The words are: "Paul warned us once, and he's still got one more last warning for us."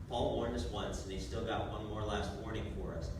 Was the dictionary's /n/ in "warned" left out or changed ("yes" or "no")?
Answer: no